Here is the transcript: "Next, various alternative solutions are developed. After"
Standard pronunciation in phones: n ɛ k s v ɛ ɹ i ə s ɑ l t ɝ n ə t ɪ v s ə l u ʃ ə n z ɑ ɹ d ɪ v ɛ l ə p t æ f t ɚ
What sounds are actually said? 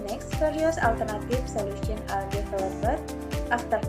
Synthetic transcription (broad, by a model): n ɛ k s f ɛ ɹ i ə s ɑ l t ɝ n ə t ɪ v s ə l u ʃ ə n ɑ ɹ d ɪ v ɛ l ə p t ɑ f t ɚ